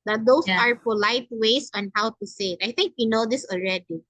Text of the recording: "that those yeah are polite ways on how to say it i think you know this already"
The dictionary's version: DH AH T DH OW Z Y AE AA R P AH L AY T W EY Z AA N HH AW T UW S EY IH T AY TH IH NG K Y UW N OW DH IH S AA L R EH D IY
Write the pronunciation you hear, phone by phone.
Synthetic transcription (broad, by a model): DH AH T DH OW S AA R P AH L AY T W EY S AA N HH AW T UW S EY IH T AY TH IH NG K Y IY N OW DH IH S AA L R EH D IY